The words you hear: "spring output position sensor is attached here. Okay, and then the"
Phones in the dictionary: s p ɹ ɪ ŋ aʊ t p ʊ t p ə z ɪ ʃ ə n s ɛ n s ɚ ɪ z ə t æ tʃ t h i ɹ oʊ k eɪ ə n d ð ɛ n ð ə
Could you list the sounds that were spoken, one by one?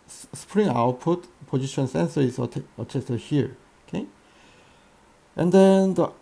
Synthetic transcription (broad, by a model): s p ɹ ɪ ŋ aʊ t p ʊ t p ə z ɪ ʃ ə n s ɛ n s ɚ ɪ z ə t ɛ s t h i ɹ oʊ k eɪ ə n d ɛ n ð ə